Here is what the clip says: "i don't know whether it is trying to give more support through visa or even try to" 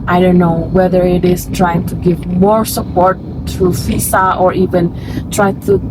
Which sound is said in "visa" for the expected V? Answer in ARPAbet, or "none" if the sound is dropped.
F